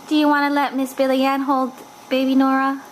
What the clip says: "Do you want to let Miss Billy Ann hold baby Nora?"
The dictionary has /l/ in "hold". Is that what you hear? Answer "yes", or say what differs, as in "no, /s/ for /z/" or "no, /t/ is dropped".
yes